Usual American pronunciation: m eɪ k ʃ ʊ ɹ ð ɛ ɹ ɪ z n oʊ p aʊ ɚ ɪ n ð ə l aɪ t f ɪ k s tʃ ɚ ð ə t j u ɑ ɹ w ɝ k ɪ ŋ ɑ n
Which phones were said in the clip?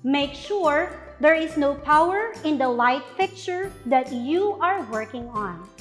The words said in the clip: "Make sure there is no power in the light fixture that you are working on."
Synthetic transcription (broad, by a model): m eɪ k ʃ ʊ ɹ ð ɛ ɹ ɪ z n oʊ p aʊ ɚ ɪ n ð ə l aɪ t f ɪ k tʃ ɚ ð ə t j u ɑ ɹ w ɝ k ɪ ŋ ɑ n